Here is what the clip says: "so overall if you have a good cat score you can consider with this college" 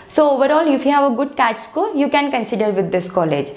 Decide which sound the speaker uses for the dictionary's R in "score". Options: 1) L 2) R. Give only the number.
1